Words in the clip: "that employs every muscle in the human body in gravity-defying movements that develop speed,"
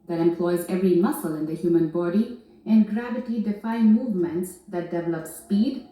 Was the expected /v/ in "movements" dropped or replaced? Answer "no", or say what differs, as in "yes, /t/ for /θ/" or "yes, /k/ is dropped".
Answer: no